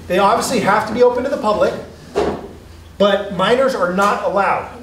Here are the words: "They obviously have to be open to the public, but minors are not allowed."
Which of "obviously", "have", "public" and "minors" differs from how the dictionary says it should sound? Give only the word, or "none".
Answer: have